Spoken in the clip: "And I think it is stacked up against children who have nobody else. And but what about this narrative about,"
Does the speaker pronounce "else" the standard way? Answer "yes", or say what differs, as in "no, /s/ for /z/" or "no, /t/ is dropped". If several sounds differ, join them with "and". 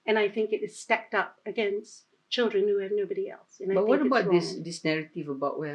yes